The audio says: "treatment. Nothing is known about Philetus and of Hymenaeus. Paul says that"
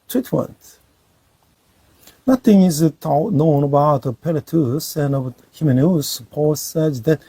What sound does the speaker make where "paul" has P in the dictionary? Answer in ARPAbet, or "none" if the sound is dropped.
P